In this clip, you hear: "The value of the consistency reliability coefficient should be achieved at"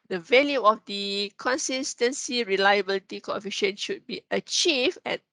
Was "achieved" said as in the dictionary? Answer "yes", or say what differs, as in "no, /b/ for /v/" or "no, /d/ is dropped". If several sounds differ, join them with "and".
no, /d/ is dropped